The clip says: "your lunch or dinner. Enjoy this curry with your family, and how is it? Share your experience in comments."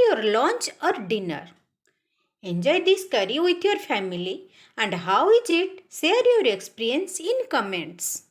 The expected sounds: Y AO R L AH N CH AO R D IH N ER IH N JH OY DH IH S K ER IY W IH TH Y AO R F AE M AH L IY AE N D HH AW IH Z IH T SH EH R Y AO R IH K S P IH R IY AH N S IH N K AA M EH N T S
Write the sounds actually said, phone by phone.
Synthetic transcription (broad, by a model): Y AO R L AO N CH AO R D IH N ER IH N JH OY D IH S K ER IY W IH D Y AO R F AE M AH L IY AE N D HH AW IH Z IH T S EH R Y AO R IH K S P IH R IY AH N S IH N K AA M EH N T S